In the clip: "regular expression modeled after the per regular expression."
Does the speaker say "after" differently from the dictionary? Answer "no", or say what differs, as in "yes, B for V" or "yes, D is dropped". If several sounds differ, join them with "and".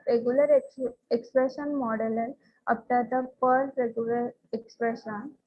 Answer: yes, P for F